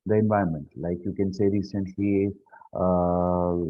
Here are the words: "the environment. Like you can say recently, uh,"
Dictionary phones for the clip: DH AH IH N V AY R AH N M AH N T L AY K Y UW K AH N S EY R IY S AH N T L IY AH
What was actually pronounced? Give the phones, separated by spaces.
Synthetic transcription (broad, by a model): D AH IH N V AY AH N M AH N T L AY K Y UW K AH N S EY R IY S AH N T L IY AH